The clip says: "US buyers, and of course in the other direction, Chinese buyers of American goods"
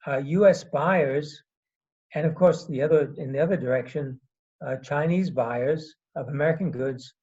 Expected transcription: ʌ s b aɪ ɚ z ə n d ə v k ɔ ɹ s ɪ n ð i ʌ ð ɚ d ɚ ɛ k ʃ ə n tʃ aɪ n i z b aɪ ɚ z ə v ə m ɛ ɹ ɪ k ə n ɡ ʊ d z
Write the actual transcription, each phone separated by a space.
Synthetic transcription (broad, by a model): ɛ s b aɪ ɚ z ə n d ə v k ɔ ɹ s ɪ n ð i ʌ ð ɚ d ɚ ɛ k ʃ ə n tʃ aɪ n i z b aɪ ɚ z ə v ə m ɛ ɹ ɪ k ə n ɡ ʊ d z